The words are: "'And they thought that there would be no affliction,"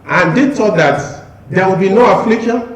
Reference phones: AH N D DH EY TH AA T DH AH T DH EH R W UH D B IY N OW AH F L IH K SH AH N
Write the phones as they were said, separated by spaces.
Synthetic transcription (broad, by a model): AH N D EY T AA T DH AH T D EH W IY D B IY N OW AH F L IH K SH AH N